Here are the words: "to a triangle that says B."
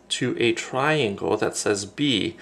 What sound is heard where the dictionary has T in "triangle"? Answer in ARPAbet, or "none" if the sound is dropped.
T